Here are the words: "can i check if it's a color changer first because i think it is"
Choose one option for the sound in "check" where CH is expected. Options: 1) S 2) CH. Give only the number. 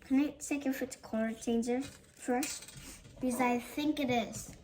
1